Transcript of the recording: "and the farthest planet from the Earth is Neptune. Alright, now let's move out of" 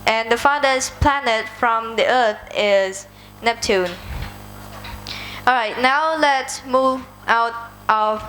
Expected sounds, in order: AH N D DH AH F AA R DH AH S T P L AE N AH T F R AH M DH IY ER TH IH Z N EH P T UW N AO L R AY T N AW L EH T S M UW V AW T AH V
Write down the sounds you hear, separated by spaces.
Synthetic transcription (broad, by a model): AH N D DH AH F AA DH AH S P L AE N AH T F R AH M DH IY ER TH IH Z N EH P T UW N AO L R AY T N AW L EH T S M UW V AW T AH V